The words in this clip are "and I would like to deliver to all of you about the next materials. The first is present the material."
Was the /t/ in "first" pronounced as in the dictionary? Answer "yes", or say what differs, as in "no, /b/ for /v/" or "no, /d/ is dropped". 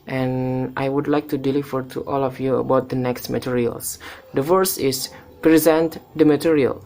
no, /t/ is dropped